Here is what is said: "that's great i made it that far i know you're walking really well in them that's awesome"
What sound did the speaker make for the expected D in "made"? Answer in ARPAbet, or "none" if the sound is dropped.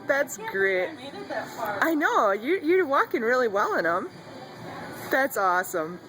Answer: none